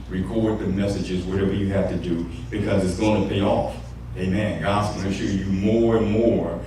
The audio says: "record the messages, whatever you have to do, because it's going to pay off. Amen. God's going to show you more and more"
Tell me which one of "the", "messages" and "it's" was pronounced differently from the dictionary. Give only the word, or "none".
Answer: none